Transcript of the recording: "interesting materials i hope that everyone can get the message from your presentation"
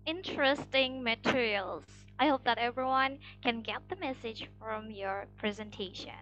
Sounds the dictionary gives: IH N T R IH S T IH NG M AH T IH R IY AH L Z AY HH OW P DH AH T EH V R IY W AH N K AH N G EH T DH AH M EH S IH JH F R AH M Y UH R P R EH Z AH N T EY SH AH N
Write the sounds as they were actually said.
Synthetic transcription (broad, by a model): IH N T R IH S T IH NG M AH T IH R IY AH L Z AY HH OW P DH AH T EH V R IY W AH N K AH N G EH T DH AH M EH S IH JH F R AH M Y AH R P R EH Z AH N T EY SH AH N